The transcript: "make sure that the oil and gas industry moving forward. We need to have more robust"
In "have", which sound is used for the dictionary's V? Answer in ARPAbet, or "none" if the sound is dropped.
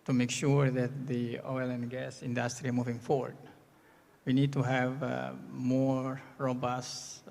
V